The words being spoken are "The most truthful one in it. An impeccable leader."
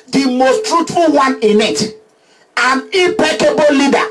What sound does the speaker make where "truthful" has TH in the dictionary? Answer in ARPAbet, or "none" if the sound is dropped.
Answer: T